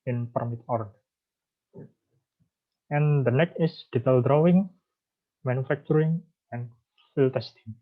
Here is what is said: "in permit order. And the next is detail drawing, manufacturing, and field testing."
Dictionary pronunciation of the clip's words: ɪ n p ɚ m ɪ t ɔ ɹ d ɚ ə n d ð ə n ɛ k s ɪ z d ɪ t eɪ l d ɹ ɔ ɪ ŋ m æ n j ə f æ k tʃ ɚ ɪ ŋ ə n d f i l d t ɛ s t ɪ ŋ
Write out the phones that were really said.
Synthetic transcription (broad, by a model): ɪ n p ɚ m ɪ t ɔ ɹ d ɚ ə n d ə n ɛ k ɪ s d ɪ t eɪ l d ɹ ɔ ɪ ŋ m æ n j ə f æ k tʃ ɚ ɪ ŋ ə n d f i l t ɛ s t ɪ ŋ